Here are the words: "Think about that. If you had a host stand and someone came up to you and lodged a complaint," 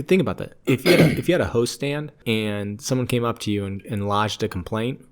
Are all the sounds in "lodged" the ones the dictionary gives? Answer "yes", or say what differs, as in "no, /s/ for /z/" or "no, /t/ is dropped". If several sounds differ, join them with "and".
yes